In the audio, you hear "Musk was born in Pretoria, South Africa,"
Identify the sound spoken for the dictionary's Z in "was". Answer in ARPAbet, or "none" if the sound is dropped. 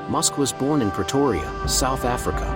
Z